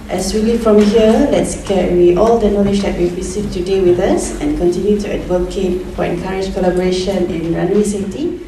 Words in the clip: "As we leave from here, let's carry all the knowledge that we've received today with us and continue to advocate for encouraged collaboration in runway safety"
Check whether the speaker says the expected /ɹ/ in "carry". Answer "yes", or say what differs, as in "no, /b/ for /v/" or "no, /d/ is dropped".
no, /w/ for /ɹ/